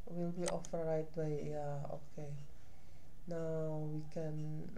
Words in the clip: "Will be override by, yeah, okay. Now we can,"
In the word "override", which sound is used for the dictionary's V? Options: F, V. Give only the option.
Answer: F